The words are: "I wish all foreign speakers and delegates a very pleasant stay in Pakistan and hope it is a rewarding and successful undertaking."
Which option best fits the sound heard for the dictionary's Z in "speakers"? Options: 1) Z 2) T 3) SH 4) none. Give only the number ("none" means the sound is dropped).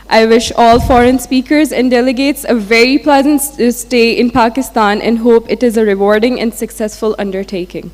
1